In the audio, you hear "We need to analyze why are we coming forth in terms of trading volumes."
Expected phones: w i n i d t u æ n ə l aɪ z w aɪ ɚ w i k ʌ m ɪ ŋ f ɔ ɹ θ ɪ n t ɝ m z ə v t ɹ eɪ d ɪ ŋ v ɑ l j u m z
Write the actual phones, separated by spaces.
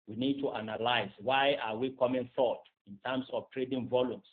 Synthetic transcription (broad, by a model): w i n i d t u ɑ n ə l aɪ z w aɪ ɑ w i k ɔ m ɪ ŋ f ɔ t ɪ n t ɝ m s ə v t ɹ eɪ d ɪ ŋ v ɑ l j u m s